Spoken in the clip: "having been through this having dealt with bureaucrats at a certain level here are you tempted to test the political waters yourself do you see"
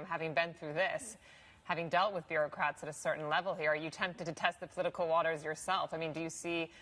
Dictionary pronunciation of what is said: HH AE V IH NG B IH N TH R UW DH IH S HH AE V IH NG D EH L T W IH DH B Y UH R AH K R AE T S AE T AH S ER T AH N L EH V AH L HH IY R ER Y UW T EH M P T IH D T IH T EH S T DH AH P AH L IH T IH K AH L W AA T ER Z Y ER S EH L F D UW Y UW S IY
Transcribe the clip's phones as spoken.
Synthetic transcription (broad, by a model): HH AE V IH NG B IH N TH R UW DH IH S HH AE V IH NG D EH L T W IH DH B Y UH R AH K R AE T S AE T AH S ER T N L EH V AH L HH IY R ER Y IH T EH M P T IH D T IH T EH S T DH AH P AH L IH T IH K L W AA T ER Z Y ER S EH L F D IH Y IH S IY